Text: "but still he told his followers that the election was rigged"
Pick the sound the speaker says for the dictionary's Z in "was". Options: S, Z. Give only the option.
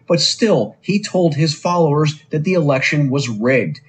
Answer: Z